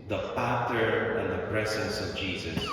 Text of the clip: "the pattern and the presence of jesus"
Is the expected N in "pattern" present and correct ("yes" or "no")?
no